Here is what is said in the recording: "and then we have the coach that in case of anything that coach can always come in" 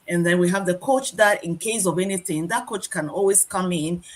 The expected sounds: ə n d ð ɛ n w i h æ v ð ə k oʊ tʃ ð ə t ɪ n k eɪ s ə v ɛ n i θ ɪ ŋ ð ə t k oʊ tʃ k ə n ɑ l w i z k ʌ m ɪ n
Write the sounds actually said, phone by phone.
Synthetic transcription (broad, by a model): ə n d ð ɛ n w i h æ v ð ə k oʊ tʃ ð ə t ɪ n k eɪ s ə v ɛ n i θ ɪ ŋ ð ə t k oʊ tʃ k ə n ɑ l w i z k ʌ m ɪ n